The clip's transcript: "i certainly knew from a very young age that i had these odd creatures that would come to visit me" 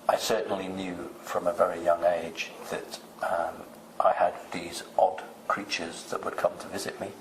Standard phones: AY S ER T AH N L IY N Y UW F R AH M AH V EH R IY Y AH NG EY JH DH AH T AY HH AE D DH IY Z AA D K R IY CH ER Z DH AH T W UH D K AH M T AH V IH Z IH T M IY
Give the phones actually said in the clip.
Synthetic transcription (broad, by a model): AY S ER T N L IY N Y UW F R AH M AH V EH R IY Y AH NG EY JH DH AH T AY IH D DH IY Z AA D K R IY CH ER Z DH AH T W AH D K AH M T AH V IH Z IH T M IY